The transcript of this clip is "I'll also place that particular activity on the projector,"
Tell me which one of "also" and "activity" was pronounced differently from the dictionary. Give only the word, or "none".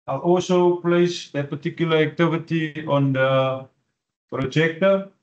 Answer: none